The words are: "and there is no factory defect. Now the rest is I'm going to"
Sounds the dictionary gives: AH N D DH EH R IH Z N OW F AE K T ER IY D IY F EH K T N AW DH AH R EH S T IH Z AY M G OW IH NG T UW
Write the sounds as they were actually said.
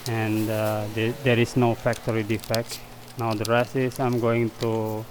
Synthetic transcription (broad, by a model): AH N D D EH R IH S N OW F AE K T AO IY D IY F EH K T N AW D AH R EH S IH S AY M G OW IH NG T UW